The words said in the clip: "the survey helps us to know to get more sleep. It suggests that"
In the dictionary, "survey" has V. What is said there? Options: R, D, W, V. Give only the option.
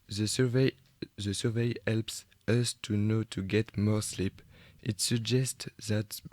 V